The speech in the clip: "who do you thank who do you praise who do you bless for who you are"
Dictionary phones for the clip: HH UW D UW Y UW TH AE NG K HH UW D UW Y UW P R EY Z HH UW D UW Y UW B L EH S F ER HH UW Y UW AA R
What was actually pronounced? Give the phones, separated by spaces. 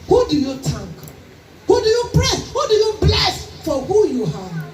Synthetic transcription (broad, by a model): HH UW D UW Y UW T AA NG K HH UW D UW Y UW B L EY S HH UW D UW Y UW B L EH S F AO HH UW Y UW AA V